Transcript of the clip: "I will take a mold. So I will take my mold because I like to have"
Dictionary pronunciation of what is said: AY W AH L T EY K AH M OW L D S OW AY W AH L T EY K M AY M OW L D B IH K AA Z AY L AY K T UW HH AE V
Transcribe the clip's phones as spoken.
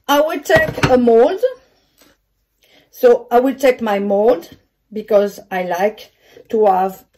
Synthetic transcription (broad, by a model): AY W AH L T EY K AH M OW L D S OW AY W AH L T EY K M AY M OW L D B IH K AA Z AY L AY K T UW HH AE V